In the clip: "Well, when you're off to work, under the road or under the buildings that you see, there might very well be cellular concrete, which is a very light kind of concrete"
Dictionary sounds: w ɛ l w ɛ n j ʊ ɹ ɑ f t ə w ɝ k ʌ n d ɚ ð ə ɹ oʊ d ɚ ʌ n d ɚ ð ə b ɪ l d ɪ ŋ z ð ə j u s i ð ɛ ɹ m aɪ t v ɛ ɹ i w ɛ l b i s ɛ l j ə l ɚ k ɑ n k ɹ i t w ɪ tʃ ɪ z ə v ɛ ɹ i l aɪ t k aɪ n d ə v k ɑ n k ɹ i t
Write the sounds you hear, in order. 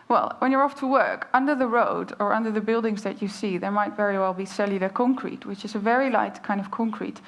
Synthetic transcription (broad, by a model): w ɛ l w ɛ n j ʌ ɹ ɑ f t ə w ɝ k ʌ n d ɚ ð ə ɹ oʊ d ɚ ʌ n d ɚ ð ə b ɪ l d ɪ ŋ z ð ə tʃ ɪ s i ð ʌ ɹ m aɪ t v ɛ ɹ i w ɛ l b i s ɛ l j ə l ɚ k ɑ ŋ k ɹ i t w ɪ tʃ ɪ z ə v ɛ ɹ i l aɪ t k aɪ n d ə v k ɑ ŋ k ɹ i t